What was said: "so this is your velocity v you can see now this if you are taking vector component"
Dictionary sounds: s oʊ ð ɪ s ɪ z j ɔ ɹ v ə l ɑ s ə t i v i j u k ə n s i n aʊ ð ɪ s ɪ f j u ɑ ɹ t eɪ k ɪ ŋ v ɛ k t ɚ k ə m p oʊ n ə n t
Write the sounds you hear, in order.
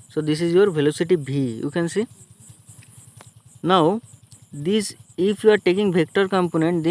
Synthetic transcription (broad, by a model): s oʊ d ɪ s ɪ z j ɔ ɹ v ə l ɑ s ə t i b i j u k ə n s i n aʊ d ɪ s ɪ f j u ɑ ɹ t eɪ k ɪ ŋ b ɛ k t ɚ k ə m p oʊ n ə n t